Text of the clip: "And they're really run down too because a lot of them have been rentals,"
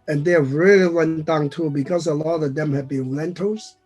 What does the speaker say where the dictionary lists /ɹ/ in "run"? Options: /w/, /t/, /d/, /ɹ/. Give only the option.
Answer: /w/